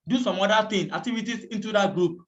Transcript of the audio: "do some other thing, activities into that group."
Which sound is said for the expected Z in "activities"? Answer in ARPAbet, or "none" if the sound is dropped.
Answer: S